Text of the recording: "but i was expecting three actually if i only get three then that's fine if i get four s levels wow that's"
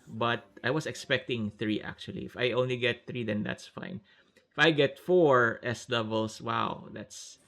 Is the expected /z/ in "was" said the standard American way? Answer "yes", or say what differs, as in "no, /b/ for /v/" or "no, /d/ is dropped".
no, /s/ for /z/